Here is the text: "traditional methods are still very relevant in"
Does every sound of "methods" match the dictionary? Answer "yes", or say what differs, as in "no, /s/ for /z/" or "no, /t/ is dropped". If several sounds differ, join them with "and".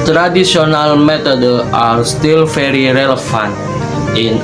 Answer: no, /t/ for /θ/ and /z/ is dropped